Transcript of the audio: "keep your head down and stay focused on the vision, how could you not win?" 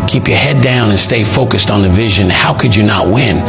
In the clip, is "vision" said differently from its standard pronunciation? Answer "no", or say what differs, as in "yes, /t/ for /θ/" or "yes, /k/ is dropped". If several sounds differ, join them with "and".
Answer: no